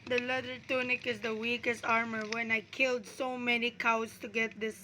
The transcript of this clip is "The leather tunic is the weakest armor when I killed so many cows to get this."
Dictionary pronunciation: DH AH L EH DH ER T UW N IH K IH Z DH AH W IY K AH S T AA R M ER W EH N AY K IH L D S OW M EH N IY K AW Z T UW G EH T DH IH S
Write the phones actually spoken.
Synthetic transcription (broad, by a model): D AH L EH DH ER T UW N IH K IH Z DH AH W IY K AH S T AA R M ER W EH N AY K IH L D S OW M EH N IY K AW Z T UW G EH T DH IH S